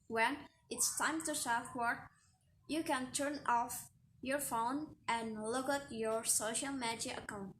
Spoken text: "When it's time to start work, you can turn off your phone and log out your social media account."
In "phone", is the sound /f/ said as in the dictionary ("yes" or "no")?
yes